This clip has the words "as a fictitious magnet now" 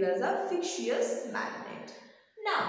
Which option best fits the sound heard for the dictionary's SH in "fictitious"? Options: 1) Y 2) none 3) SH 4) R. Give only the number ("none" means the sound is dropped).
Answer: 2